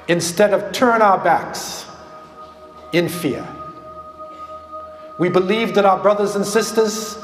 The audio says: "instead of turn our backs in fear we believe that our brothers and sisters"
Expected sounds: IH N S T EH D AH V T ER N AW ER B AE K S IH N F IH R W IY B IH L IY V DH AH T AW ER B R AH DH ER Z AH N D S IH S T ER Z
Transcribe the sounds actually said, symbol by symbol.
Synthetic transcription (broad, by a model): IH N S T EH D AH V T ER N AW ER B AE K S IH N F IH R W IY B IH L IY V DH AH T AW ER B R AH DH ER Z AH N S IH S T ER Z